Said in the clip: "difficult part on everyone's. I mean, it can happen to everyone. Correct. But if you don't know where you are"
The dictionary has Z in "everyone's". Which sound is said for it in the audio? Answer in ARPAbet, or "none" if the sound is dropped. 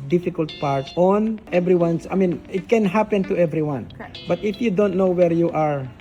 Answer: S